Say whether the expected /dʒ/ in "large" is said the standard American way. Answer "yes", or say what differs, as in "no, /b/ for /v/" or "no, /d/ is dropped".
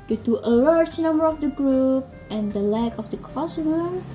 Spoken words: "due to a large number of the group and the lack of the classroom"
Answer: no, /tʃ/ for /dʒ/